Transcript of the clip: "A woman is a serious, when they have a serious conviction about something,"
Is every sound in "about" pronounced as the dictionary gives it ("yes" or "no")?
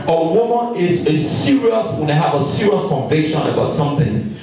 yes